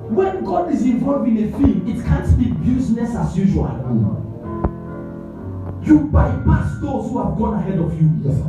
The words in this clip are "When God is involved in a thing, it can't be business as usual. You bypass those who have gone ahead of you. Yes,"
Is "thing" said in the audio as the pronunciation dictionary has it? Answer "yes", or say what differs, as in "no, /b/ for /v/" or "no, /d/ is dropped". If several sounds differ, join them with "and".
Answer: no, /f/ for /θ/